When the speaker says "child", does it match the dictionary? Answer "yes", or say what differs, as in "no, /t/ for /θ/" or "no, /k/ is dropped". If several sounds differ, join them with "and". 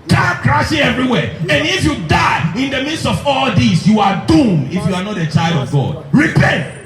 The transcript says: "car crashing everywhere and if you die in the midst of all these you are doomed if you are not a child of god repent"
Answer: yes